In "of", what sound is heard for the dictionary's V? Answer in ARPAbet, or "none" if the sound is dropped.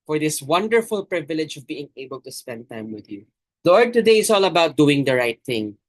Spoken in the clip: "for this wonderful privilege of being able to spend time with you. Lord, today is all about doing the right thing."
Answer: V